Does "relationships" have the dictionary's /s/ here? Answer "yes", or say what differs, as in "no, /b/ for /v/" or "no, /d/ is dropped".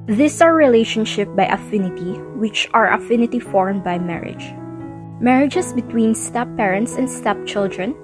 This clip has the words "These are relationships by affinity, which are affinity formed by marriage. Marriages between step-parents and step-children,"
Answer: no, /s/ is dropped